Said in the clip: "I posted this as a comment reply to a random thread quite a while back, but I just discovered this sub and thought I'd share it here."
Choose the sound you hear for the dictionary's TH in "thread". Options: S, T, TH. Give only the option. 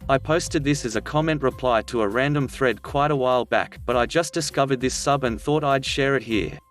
TH